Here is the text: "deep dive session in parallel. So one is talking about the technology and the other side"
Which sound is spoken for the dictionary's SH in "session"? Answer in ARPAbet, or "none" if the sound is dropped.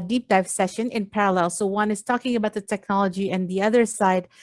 SH